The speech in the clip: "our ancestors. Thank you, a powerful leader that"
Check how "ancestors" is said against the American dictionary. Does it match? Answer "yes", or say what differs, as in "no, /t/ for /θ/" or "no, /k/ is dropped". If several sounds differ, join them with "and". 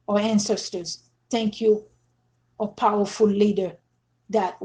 yes